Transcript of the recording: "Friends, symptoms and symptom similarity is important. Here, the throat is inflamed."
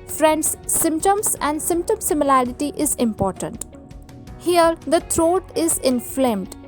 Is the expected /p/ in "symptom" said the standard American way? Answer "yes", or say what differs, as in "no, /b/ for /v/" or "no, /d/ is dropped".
yes